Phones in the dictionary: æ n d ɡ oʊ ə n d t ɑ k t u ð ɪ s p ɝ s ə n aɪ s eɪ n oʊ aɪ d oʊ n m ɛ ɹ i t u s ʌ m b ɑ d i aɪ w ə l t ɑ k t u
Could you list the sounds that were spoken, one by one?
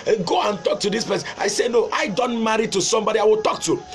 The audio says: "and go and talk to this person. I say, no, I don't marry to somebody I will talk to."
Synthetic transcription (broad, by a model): ɡ oʊ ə n t ɑ k t u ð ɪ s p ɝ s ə ɪ s eɪ n oʊ aɪ d oʊ n m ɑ ɹ i t u s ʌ m b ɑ d i aɪ w ə l t ɑ k t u